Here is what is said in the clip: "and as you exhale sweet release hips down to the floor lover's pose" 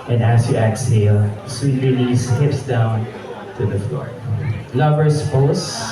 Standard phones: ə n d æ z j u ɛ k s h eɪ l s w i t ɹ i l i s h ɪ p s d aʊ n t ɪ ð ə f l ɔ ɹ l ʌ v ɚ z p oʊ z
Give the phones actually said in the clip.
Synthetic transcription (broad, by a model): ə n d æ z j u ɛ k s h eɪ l s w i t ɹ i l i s h ɪ p s d aʊ n t ɪ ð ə f l ɔ ɹ l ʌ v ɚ s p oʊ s